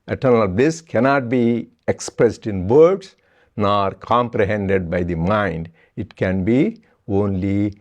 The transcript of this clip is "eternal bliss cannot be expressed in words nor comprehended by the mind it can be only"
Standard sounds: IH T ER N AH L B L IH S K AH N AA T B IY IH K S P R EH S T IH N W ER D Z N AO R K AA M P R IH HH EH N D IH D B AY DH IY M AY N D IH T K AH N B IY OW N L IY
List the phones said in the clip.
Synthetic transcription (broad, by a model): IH T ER N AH L B L IH S K AH N AA T B IY IH K S P R EH S T IH N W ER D S N AO R K AA M P R IH HH EH N D IH D B AY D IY M AY N D IH T K AH N B IY OW N L IY